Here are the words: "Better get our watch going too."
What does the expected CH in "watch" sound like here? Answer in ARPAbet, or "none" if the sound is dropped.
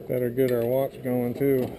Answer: S